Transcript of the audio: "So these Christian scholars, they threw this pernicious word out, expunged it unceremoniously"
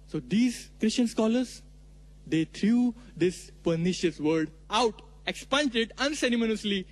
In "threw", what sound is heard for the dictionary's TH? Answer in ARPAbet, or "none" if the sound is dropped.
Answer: T